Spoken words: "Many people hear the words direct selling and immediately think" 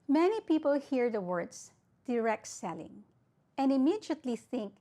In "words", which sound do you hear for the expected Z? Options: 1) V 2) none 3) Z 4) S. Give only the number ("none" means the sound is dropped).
4